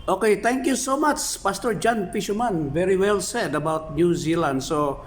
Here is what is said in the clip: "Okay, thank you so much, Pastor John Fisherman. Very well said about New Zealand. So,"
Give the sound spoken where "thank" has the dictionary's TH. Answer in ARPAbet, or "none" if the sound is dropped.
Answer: T